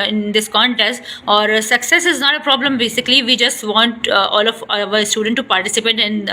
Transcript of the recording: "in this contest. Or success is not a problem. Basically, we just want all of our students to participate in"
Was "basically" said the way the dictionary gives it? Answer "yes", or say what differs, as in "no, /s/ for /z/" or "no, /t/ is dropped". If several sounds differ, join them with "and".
yes